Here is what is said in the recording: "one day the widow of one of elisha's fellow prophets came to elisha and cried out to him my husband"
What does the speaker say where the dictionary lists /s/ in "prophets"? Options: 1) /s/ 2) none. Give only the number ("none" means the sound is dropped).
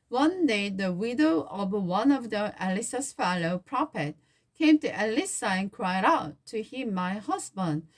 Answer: 2